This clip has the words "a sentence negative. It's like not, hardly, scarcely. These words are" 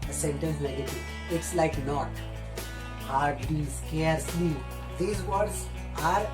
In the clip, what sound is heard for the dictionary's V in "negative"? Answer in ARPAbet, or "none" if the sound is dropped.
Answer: none